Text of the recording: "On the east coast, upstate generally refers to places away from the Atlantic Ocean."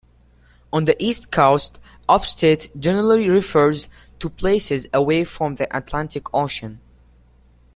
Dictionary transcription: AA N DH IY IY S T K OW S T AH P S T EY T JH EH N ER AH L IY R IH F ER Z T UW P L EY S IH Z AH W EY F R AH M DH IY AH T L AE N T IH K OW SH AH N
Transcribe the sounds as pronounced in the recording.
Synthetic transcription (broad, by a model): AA N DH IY IY S T K OW S T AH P S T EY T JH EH N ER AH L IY R IH F ER Z T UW P L EY S IH Z AH W EY F R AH M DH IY AH T L AE N T IH K OW SH AH N